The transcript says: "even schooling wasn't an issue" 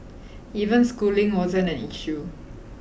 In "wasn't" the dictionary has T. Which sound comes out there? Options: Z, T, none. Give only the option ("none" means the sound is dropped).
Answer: none